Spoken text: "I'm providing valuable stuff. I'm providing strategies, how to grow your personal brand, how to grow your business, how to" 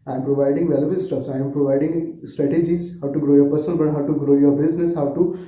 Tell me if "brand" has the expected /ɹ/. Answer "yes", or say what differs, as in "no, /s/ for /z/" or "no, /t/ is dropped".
no, /ɹ/ is dropped